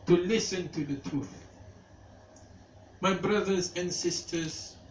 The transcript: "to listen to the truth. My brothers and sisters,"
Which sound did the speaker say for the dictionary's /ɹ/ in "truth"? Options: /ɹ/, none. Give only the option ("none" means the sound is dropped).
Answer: /ɹ/